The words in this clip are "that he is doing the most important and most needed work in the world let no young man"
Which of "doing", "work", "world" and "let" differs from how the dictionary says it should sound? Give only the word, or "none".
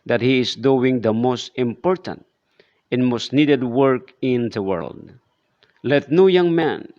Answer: none